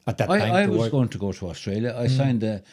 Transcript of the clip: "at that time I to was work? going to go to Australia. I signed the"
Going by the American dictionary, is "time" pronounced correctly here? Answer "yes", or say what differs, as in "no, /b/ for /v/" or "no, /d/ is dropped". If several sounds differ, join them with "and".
no, /m/ is dropped